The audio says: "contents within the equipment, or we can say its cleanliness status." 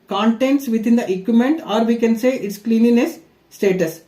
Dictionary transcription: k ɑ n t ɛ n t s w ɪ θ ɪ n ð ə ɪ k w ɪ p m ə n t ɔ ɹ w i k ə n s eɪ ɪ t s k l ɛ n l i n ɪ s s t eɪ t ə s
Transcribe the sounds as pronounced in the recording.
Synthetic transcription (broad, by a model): k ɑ n t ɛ n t s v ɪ t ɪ n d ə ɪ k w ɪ m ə n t ɔ ɹ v i k ə n s eɪ ɪ t s k l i n i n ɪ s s t eɪ t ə s